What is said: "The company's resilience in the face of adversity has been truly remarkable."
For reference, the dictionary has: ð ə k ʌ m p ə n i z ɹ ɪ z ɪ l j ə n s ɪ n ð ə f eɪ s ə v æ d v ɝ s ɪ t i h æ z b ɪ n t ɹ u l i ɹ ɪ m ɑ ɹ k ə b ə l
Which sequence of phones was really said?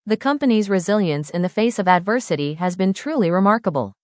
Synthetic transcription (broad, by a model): ð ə k ʌ m p ə n i z ɹ ɪ z ɪ l j ə n s ɪ n ð ə f eɪ s ə v æ d v ɝ s ɪ t i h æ z b ɪ n t ɹ u l i ɹ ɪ m ɑ ɹ k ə b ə l